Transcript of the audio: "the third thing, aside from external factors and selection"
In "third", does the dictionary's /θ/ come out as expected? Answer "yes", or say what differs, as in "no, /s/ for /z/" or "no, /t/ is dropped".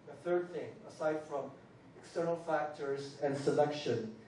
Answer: yes